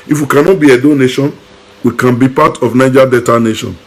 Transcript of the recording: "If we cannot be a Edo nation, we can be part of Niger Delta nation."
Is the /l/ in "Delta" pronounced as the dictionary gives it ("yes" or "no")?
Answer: no